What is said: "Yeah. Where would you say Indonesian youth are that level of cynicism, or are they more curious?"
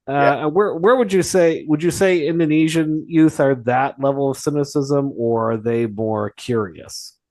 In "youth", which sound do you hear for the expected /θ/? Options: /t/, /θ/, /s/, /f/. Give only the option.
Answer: /θ/